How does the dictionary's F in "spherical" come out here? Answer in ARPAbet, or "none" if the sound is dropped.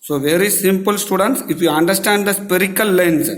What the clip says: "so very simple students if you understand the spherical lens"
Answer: P